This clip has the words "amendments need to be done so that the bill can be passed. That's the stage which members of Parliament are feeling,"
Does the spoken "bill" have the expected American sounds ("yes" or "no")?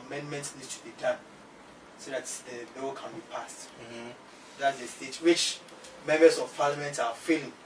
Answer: no